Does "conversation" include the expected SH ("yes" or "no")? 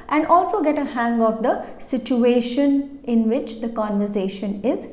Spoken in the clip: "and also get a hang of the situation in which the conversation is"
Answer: yes